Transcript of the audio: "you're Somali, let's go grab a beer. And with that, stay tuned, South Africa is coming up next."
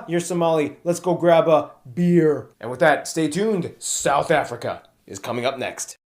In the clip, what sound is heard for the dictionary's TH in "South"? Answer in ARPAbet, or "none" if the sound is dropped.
TH